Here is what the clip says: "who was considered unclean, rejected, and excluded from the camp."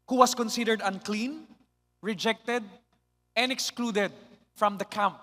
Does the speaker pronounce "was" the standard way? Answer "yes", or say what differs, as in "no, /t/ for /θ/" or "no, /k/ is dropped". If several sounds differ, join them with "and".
no, /s/ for /z/